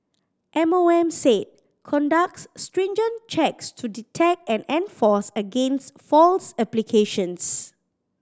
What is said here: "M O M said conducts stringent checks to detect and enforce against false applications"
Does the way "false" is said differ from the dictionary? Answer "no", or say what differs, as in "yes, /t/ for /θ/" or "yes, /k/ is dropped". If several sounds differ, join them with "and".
no